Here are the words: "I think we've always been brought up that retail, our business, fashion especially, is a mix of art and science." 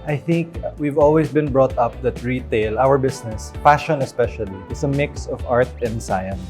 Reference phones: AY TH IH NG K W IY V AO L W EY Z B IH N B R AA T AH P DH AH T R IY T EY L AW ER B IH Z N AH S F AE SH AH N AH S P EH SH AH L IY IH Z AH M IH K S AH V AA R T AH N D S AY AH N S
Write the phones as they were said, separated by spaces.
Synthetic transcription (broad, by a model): AY TH IH NG K W IY V AO L W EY S B IH N B R AA T AH P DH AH T R IY T EY L AW ER B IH S N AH S F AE SH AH N AH S P EH SH AH L IY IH S AH M IH K S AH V AA R T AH N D S AY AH N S